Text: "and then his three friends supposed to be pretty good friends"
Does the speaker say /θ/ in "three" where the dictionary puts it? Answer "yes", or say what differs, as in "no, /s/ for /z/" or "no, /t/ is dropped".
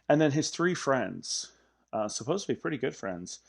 yes